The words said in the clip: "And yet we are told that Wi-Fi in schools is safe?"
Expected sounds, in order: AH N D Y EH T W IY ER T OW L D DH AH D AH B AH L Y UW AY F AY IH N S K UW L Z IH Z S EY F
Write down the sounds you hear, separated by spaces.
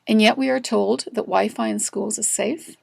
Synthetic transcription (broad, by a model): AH N Y EH T W IY ER T OW L D DH AH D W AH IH F AY IH N S K UW L Z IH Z S EY F